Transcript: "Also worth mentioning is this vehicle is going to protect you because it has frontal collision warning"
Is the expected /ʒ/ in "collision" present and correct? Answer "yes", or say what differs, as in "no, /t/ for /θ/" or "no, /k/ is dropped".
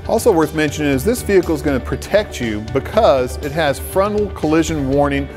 yes